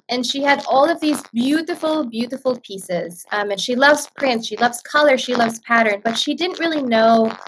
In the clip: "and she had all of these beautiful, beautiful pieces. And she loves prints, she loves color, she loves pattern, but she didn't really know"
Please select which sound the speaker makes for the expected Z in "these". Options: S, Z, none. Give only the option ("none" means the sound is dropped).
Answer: Z